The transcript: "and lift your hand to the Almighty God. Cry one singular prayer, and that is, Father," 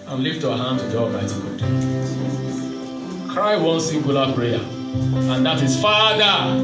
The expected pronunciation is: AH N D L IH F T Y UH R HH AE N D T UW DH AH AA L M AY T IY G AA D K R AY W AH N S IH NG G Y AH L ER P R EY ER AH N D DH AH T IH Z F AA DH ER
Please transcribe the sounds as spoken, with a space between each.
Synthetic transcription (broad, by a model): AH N L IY F T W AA HH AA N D T UW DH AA M AY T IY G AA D K R AY W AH N S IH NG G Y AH L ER P R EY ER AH N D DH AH T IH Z F AA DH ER